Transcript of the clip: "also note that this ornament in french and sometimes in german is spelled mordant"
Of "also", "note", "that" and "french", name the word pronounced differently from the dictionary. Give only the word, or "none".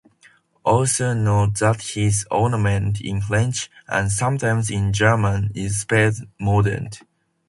french